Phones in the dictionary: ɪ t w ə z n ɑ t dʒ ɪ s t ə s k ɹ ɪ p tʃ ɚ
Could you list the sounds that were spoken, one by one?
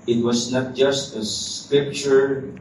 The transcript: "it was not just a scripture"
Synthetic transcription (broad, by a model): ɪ t w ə s n ɑ t dʒ ɪ s t ə s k ɹ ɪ p tʃ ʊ